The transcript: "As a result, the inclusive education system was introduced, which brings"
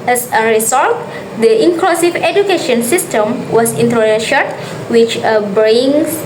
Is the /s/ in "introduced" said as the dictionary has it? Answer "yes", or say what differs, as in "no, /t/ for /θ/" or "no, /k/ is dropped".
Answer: no, /ʃ/ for /s/